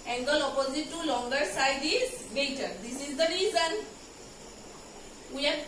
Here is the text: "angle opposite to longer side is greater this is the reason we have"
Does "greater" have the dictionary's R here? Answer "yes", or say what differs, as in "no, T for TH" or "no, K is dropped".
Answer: no, R is dropped